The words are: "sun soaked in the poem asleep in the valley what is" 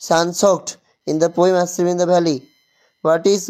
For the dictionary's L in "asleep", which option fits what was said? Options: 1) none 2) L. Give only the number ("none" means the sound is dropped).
1